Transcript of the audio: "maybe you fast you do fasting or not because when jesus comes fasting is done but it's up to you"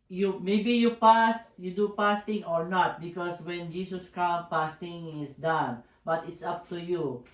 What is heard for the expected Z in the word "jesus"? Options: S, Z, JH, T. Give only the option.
S